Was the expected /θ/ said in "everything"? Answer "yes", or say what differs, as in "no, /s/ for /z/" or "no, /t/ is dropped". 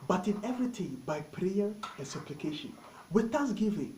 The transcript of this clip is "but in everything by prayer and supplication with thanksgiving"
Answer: no, /t/ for /θ/